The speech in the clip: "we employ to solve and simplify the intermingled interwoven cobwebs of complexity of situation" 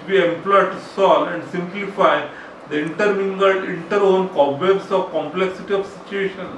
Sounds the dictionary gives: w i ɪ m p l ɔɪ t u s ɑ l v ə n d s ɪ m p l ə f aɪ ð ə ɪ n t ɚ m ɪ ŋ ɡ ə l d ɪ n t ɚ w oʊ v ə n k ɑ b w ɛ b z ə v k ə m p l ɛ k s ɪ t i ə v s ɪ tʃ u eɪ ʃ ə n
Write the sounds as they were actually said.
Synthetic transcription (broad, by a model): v i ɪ m p l ɔɪ t u s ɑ l ə n d s ɪ m p l ə f aɪ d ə ɪ n t ɚ m ɪ ŋ ɡ ə l d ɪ n t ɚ oʊ n k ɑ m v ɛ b s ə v k ə m p l ɛ k s ɪ t i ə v s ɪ tʃ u eɪ ʃ ə n